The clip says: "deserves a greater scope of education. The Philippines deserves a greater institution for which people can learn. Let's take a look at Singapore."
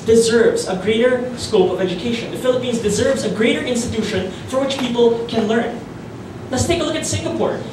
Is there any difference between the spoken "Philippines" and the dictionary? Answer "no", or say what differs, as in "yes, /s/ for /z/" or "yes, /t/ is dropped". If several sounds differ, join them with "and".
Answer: no